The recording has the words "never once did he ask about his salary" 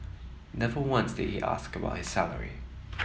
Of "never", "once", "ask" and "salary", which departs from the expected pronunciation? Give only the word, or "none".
none